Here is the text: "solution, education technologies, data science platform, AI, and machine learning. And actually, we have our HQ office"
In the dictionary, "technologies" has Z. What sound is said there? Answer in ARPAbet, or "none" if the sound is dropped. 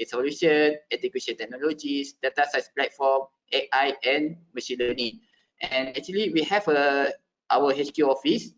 S